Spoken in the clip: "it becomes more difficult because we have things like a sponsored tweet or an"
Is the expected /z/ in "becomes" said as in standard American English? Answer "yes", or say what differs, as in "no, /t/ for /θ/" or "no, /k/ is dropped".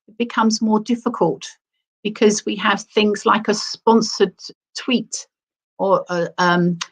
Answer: yes